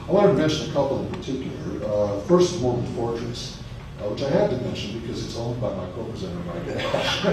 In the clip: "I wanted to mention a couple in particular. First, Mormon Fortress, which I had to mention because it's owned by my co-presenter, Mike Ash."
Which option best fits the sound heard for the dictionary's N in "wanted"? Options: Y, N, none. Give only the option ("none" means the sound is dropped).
none